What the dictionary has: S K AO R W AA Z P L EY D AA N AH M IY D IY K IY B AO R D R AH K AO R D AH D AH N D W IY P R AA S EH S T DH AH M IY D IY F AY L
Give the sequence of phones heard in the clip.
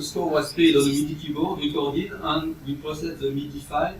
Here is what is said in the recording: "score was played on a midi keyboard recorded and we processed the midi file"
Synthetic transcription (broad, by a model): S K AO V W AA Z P EY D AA L AH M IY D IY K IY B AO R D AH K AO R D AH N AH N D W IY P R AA S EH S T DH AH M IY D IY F AY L